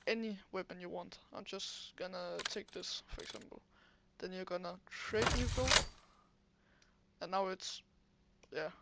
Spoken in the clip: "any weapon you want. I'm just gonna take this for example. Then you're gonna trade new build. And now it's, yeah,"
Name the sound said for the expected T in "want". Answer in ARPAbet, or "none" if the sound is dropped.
T